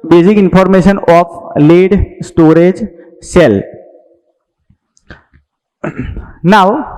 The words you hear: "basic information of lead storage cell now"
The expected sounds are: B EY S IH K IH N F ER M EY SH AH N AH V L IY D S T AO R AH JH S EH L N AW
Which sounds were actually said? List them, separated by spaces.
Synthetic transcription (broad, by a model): B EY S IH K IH N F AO M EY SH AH N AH P L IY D S T AO R AH JH S EH L N AW